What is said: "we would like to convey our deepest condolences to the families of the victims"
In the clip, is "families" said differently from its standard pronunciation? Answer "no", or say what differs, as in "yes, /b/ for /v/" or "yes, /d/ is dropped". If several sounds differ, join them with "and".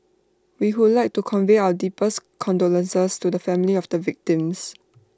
yes, /z/ is dropped